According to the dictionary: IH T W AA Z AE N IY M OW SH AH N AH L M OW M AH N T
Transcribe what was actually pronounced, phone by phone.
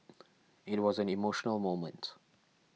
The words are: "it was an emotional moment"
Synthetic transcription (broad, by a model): IH T W AA Z AE N IY M OW SH AH N AH L M OW M AH N T